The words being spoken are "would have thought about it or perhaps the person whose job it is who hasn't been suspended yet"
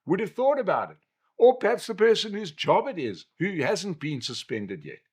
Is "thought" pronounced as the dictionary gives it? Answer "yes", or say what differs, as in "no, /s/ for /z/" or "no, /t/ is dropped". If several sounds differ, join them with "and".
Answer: yes